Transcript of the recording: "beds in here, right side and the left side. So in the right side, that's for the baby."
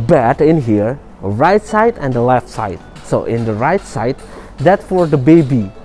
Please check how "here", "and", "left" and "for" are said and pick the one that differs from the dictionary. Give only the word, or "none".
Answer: none